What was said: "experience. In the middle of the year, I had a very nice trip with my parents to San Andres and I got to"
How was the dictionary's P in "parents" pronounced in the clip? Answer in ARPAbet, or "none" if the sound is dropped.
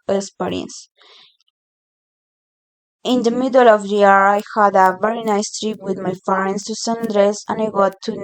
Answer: F